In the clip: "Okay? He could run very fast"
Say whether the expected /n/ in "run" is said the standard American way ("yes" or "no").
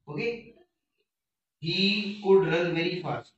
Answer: no